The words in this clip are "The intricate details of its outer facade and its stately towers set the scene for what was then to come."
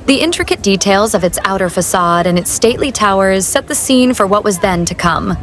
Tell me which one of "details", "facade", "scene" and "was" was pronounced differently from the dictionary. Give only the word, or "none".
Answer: none